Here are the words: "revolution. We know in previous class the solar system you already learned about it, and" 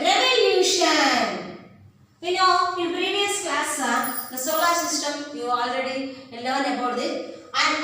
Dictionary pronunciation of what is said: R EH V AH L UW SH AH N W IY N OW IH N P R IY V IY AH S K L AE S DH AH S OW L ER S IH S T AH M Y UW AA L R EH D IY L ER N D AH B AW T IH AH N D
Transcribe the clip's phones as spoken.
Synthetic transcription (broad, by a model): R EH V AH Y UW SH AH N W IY N OW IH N P R IY V IY AH S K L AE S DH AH S OW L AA S IH S T AH M Y UW AA L R EH D IY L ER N AH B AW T IH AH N